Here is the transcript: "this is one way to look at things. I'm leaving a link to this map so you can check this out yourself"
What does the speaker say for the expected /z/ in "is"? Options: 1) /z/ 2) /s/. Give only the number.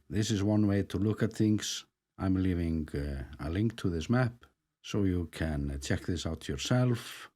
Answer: 1